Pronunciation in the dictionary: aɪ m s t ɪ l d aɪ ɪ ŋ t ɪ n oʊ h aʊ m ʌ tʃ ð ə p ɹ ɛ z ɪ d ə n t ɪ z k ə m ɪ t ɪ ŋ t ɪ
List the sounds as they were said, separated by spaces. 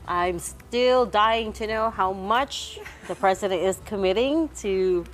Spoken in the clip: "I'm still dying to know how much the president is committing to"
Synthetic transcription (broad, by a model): aɪ m s t ɪ l d aɪ ɪ ŋ t ɪ n oʊ h aʊ m ʌ tʃ ð ə p ɹ ɛ z ɪ d ə n t ɪ z k ə m ɪ t ɪ ŋ t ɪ